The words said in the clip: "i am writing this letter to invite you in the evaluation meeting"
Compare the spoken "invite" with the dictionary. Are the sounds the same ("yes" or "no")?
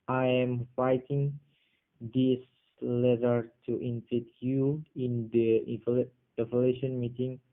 no